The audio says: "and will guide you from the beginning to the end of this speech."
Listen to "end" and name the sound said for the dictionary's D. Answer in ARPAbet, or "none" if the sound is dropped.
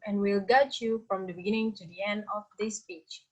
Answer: D